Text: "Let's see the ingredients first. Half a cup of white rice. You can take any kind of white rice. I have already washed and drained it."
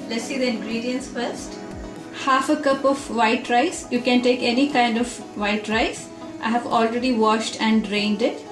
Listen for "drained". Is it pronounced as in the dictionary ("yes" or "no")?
yes